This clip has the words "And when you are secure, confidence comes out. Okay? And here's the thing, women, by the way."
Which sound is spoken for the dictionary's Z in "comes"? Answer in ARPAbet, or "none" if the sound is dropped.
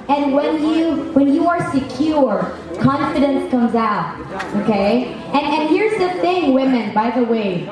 Z